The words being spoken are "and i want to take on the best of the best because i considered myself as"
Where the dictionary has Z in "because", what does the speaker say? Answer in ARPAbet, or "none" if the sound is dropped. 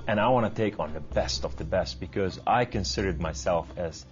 Z